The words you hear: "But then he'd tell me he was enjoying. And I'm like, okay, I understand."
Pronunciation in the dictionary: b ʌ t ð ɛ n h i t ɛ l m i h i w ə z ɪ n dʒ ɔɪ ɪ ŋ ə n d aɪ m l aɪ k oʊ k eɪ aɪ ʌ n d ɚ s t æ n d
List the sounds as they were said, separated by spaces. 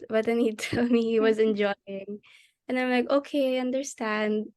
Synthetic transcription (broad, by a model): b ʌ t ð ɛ n h i t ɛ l m i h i w ə z ɪ n dʒ ɔɪ ɪ ŋ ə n aɪ m l aɪ k oʊ k eɪ aɪ ʌ n d ɚ s t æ n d